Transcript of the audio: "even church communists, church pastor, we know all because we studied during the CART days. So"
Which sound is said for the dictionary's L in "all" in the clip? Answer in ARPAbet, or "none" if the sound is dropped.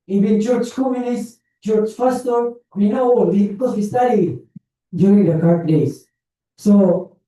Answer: W